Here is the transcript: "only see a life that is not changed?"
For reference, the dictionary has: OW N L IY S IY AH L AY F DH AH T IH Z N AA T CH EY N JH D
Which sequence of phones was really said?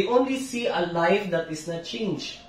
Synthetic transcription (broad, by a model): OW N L IY S IY AH L AY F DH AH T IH S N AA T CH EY N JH